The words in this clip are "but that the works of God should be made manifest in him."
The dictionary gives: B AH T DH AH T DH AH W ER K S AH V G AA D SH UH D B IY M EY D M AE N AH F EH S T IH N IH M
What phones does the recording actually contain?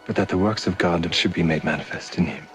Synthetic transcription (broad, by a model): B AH T DH AH T DH AH W ER K S AH V G AA D SH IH D B IY M EY D M AE N AH F EH S T IH N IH M